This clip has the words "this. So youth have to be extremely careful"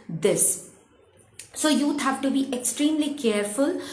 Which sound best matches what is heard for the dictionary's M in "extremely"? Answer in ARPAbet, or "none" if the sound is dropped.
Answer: M